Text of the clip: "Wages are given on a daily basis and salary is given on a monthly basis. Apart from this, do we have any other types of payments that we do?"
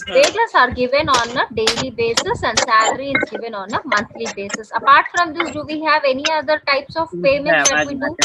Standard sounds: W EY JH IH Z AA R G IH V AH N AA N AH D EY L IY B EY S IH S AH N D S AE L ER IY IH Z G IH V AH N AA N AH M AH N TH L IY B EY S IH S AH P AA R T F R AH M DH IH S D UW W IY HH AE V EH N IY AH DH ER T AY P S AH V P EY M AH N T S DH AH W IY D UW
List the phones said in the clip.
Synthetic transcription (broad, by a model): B EY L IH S AA R G IH V AH N AA N AH D EY L IY B EY S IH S AH N D S AE L ER IY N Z G IH V AH N AA N AH M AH N T L IY B EY S IH S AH P AA R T F R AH M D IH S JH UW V IY HH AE V EH N IY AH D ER T AY P S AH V F EY M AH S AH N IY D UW